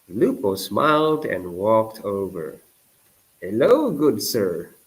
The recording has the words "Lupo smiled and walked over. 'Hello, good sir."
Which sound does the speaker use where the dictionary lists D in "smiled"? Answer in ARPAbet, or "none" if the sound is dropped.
D